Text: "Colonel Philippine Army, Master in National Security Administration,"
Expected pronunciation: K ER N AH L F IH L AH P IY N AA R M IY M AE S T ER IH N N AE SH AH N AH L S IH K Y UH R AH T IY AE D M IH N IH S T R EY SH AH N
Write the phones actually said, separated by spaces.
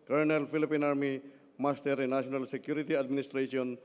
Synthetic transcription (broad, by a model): K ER N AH L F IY L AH P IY N AA R M IY M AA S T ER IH N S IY AH N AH L S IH K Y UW R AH T IY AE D M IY N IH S T R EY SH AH N